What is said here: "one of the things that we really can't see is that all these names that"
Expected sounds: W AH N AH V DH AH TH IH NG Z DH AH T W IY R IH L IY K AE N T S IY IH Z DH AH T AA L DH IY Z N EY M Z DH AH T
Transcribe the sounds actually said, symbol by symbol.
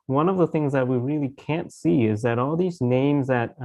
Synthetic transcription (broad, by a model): W AH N AH V DH AH TH IH NG Z DH AH T W IY R IH L IY K AE N T S IY IH Z DH AH T AA L DH IY Z N EY M Z DH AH T